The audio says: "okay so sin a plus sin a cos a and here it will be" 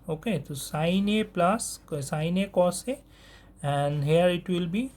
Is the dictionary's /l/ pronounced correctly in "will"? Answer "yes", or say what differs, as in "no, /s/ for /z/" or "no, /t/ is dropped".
yes